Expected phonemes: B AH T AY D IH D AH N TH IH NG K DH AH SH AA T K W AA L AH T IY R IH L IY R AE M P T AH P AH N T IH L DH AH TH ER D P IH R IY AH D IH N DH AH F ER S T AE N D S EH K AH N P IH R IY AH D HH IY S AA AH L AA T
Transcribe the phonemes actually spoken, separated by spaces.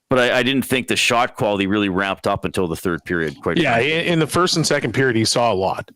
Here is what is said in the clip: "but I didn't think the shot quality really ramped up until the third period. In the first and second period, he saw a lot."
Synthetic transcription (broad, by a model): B AH T AY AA IH D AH N TH IH NG K DH AH SH AA T K W AA L AH T IY R IH L IY R AE M P T AH P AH N T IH L DH AH TH ER D P IH R IY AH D IH N DH AH F ER S T N S EH K N P IH R IY AH D HH IY S AA AH L AA T